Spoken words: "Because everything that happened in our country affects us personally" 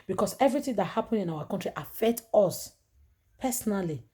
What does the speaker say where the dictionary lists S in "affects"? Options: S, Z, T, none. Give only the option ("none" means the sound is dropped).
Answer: none